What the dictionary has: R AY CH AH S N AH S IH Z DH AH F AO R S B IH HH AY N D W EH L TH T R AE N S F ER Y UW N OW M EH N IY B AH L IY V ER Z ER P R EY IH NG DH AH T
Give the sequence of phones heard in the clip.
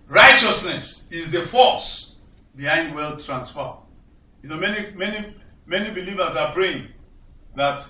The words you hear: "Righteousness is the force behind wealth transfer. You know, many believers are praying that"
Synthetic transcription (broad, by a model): R AY CH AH S N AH S IH Z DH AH F AO S B IH HH AY N D W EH L T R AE N S F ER Y UW N OW M EH N IY B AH L IY V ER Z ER B R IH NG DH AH T